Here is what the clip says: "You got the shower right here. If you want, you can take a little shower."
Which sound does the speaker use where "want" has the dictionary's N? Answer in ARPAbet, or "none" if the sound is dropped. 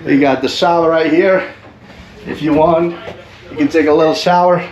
N